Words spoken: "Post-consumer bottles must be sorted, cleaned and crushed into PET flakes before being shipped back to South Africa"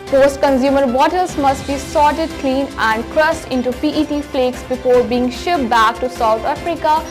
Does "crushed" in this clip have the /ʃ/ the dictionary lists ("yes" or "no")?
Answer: no